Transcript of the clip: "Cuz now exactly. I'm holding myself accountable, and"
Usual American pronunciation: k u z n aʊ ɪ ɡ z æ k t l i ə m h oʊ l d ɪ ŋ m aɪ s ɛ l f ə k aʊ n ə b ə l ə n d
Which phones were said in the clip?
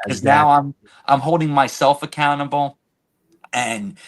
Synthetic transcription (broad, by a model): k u z n aʊ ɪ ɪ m t i ə m h oʊ l d ɪ ŋ m aɪ s ɛ l f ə k aʊ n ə b l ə n